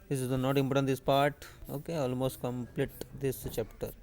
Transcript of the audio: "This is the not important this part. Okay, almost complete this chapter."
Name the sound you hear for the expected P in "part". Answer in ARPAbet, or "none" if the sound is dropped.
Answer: P